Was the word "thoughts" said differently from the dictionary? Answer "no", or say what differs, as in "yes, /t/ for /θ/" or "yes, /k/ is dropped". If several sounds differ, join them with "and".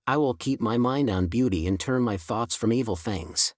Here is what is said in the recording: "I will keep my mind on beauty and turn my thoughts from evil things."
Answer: no